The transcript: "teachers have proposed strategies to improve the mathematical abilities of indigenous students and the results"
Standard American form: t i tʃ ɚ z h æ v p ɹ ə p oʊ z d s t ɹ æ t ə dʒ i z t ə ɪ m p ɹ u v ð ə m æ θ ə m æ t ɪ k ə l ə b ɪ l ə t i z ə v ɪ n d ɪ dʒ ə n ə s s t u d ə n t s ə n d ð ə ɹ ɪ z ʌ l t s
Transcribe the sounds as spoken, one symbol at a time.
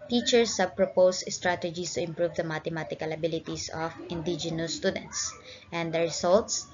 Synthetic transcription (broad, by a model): t i tʃ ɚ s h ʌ b p ɹ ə p oʊ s s t ɹ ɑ t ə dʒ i s t ə ɪ m p ɹ u v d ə m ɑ t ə m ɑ t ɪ k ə l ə b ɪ l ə t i s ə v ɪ n d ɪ dʒ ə n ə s s t u d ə n t s ə n d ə ɹ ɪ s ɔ l t s